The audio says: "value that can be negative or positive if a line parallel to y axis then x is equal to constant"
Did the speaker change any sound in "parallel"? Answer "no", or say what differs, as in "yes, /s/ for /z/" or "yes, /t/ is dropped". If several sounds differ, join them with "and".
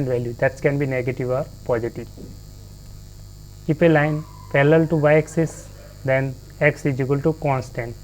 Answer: yes, /l/ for /ɹ/